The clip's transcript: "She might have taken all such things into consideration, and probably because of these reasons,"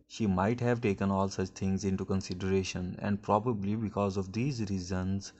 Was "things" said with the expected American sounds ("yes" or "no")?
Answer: no